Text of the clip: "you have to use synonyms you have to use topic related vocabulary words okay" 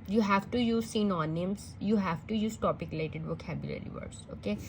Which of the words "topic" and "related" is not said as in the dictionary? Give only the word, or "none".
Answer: related